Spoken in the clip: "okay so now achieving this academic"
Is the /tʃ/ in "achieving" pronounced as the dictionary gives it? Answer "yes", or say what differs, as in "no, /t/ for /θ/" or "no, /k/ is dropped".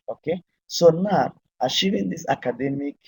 no, /ʃ/ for /tʃ/